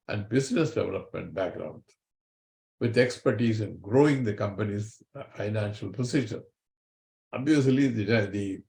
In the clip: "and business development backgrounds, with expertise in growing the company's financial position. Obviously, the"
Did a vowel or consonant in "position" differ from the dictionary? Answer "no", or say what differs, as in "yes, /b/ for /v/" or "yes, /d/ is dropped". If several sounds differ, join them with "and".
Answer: yes, /s/ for /z/